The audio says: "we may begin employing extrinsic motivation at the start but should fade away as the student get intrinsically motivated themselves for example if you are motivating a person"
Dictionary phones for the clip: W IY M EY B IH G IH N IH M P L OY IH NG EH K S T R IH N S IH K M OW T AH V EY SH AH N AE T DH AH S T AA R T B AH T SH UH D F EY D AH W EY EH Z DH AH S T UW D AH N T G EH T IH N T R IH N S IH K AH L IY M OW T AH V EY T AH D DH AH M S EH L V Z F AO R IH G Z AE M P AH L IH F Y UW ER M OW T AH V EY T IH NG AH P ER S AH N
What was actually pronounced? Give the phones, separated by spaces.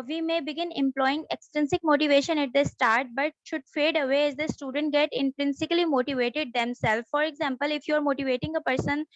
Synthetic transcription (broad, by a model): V IY M EY B IH G IH N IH M P L OY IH NG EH K S T IH N S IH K M OW T AH V EY SH AH N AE T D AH S T AA R T B AH T SH UH D F EY D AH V EY EH Z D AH S T UW D AH N T G EH T IH N T R IH N S IH K AH L IY M OW T AH V EY T AH D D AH M S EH L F F AO R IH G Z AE M P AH L IH F Y UW ER M OW T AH V EY T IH NG AH P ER S AH N